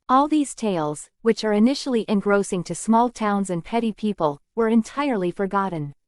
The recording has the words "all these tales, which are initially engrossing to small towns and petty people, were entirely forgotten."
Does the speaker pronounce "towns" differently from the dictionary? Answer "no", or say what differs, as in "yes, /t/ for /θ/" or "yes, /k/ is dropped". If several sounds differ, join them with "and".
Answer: no